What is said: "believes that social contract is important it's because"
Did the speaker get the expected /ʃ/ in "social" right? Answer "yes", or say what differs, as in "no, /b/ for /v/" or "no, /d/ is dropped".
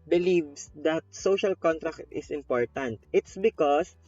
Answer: yes